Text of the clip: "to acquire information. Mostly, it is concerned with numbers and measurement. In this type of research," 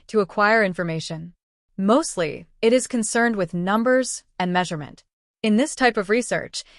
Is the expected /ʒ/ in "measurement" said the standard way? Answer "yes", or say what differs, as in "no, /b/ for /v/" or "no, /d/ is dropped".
yes